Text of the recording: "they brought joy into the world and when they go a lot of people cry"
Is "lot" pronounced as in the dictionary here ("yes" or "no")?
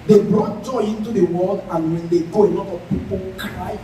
no